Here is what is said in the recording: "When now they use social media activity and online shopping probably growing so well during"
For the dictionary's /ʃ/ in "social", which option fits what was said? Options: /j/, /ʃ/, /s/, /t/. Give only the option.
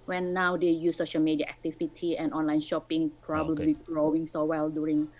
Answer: /ʃ/